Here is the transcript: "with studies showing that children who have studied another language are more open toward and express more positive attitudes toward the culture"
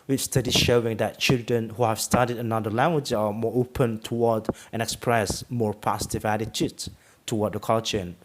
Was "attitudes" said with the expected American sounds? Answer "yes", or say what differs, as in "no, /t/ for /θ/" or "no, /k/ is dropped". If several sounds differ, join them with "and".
no, /z/ is dropped